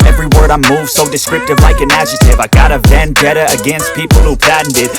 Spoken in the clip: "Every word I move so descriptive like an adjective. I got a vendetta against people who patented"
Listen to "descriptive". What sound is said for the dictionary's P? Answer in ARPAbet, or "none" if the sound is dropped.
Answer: none